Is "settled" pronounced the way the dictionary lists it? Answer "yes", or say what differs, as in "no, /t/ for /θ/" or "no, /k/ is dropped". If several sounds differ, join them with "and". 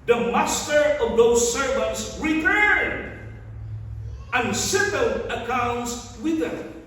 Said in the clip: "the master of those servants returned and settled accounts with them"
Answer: no, /d/ is dropped